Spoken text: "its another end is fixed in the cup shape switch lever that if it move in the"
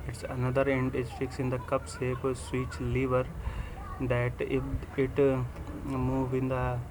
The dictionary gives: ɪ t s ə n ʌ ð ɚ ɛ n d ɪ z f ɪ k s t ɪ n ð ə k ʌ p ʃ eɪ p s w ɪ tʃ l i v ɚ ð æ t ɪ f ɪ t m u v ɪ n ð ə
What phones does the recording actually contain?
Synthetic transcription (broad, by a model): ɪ t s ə n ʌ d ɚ ɛ n d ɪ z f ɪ k s ɪ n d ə k ʌ p s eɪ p s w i tʃ l i v ɚ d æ t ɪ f ɪ t m u v ɪ n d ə